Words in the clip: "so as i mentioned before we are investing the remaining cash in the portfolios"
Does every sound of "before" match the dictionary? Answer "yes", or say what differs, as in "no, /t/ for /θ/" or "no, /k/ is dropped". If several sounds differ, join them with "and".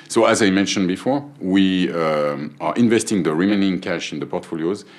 yes